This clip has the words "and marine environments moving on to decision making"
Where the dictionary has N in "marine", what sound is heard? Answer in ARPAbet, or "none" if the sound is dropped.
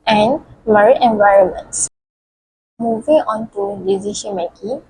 none